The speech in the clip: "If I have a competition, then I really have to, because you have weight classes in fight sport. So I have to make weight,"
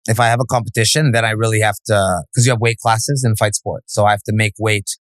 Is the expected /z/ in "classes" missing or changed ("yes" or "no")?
no